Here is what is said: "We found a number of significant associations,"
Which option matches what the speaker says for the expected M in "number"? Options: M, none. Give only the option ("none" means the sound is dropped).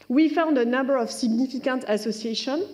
M